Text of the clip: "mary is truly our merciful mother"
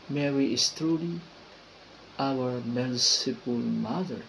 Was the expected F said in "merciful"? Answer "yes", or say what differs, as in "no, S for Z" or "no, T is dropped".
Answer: no, P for F